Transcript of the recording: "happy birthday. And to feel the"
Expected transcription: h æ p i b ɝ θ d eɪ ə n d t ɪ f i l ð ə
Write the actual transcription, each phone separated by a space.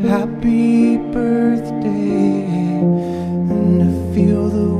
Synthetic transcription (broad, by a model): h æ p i b ɝ θ d eɪ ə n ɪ f i l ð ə